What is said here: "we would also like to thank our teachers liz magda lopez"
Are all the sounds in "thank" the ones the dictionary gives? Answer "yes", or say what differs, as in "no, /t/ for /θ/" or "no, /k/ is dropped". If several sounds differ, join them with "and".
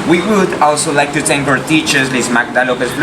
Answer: no, /t/ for /θ/